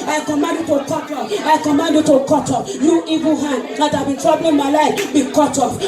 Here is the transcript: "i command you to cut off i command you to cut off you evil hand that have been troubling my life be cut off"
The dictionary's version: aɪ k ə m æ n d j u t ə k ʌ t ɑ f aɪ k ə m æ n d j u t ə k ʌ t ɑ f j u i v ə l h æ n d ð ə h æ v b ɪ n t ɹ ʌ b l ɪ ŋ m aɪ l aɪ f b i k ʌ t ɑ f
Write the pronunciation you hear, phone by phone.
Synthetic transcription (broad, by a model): aɪ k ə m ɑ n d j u t ə k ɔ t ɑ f aɪ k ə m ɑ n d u t ə k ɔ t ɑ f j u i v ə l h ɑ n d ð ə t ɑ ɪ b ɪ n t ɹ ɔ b ɪ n m aɪ l aɪ f b i k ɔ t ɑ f